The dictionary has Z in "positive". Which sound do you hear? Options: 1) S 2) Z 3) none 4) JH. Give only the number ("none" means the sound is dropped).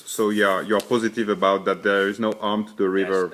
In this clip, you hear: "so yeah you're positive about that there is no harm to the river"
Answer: 2